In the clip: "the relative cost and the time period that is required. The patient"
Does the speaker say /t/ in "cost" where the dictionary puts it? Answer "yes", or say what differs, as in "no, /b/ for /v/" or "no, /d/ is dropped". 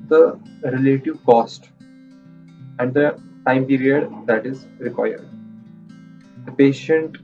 yes